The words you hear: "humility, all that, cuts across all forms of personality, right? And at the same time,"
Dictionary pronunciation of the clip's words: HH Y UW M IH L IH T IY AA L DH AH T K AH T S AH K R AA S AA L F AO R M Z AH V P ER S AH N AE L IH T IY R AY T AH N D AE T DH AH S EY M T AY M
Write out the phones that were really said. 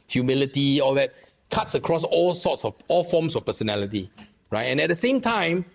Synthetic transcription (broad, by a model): HH Y UW M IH L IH T IY AA L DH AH T K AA T S AH K R AA S AA L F AO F M S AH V P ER S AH N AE L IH T IY R AY T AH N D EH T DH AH S EY M T AY M